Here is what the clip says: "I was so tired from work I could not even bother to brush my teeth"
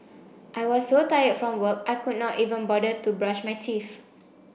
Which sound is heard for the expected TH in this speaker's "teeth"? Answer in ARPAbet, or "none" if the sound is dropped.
F